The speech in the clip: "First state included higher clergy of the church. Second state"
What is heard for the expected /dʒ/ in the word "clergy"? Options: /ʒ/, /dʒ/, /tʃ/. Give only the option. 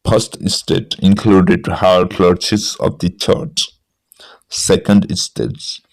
/tʃ/